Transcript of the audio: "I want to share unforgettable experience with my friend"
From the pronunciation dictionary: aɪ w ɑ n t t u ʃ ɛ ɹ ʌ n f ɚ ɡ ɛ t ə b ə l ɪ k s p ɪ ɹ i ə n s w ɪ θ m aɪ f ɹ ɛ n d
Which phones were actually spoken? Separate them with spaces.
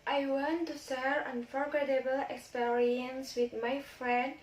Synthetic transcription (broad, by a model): aɪ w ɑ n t t u s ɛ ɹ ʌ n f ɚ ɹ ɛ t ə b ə l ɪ k s p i ɹ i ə n s w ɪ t m aɪ f ɹ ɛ n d